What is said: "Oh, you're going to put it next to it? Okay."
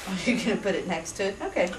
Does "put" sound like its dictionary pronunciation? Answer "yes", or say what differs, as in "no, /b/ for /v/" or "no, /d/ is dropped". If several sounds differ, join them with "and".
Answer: yes